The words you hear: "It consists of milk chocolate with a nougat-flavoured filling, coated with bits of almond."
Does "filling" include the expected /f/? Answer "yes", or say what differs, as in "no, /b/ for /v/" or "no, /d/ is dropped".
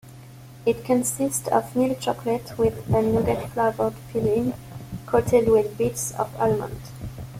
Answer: no, /p/ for /f/